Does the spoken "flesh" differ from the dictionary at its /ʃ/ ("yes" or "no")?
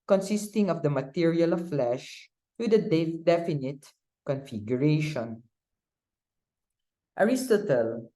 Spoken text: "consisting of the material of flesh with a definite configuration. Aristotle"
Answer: no